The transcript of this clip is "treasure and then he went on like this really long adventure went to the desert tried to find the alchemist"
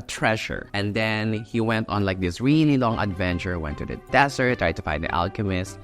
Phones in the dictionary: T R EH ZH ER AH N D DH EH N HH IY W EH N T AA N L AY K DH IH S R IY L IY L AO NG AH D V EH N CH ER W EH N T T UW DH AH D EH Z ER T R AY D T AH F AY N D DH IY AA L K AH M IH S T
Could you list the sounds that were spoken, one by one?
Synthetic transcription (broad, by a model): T R EH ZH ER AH N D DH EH N HH IY W EH N T AA N L AY K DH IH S R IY N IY L AO NG AH D V EH N CH ER W EH N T T UW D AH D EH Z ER T R AY D T AH F AY N D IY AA L K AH M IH S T